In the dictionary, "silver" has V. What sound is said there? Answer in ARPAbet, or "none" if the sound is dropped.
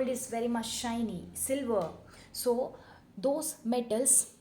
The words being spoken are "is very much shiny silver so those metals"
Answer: V